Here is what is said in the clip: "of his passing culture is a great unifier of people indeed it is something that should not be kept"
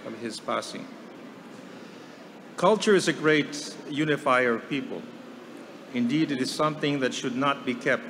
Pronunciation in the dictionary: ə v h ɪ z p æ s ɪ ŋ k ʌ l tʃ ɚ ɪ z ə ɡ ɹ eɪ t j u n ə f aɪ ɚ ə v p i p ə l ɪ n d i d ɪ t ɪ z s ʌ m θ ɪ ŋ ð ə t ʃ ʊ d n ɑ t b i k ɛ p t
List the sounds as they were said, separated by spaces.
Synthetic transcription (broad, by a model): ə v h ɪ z p æ s ɪ ŋ k ʌ l tʃ ɚ ɪ z ə ɡ ɹ eɪ t j u n ə f aɪ ɚ ə v p i p ə l ɪ n d i d ɪ t ɪ z s ʌ m θ ɪ ŋ ð ə t ʃ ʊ d n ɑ t b i k ɛ p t